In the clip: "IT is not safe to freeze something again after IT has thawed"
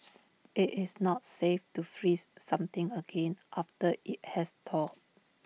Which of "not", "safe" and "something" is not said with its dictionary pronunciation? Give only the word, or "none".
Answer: something